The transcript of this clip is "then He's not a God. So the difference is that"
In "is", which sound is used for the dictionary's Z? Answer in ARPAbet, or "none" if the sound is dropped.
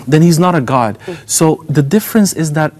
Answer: Z